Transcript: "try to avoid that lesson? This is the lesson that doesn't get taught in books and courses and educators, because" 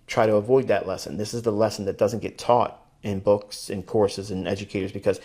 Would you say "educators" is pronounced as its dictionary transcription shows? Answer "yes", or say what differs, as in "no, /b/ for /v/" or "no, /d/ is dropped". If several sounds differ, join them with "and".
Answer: yes